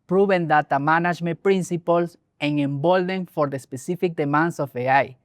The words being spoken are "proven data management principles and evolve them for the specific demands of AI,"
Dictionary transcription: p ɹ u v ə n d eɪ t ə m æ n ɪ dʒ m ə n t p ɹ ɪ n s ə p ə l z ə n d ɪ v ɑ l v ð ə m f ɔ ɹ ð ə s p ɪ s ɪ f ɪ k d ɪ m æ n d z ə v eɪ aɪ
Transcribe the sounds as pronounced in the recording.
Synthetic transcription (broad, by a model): p ɹ u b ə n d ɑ t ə m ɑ n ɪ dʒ m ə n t p ɹ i n s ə p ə l s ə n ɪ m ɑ l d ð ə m f ɔ ɹ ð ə s p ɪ s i f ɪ k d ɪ m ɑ n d s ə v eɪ aɪ